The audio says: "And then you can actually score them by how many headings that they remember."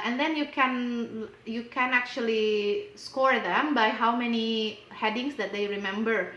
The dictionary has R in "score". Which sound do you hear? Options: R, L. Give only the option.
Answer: R